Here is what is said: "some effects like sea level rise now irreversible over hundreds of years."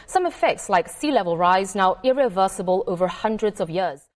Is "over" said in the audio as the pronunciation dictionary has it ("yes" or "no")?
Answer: yes